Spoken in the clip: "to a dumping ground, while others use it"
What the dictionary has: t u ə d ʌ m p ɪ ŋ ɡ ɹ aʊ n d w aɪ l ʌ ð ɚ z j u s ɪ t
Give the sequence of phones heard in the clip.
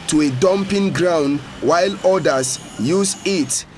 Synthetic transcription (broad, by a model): t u ə d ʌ m p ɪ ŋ ɡ ɹ aʊ n d w aɪ l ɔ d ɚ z j u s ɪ t